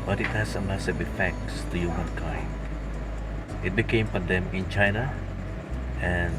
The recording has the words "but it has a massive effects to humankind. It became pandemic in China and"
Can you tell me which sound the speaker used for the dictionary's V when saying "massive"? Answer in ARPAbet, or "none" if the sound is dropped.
W